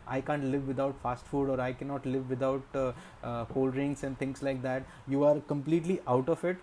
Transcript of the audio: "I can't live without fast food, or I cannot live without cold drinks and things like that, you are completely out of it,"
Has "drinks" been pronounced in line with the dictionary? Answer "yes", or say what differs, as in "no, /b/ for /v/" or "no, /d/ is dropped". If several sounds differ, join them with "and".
no, /k/ is dropped